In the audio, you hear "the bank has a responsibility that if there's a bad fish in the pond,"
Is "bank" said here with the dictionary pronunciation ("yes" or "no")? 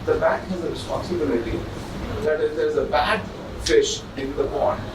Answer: no